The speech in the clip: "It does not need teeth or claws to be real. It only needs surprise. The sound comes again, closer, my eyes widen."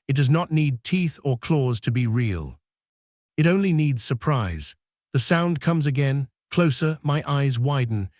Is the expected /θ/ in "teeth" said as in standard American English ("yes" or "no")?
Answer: yes